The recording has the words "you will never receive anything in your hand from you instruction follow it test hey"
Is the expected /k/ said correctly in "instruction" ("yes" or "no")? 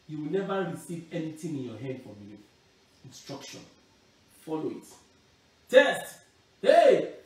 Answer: yes